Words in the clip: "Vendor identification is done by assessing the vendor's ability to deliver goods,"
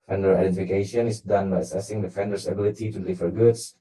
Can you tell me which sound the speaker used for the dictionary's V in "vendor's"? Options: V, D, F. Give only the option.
F